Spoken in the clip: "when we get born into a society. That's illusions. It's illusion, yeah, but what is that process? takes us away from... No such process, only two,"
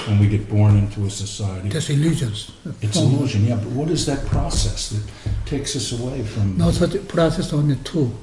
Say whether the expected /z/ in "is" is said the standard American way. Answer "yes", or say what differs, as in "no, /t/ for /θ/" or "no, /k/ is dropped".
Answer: yes